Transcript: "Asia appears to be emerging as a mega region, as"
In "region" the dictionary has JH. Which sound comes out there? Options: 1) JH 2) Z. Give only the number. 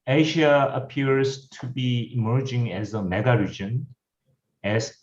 1